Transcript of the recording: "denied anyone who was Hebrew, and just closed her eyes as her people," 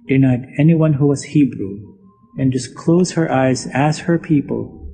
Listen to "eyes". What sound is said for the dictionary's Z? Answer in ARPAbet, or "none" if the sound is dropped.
Z